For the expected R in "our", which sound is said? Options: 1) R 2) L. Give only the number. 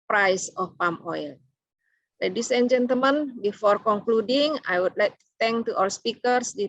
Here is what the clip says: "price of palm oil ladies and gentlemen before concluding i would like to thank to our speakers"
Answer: 2